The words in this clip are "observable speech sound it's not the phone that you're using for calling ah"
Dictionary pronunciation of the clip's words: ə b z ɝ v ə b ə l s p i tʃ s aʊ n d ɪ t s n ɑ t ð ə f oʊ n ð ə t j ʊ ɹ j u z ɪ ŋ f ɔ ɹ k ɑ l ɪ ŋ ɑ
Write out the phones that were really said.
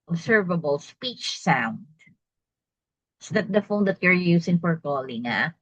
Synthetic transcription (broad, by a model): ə b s ɝ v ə b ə l s p i tʃ s aʊ n d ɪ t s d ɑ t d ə f oʊ n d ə t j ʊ ɹ j u s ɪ ŋ f ɔ ɹ k ɑ l ɪ ŋ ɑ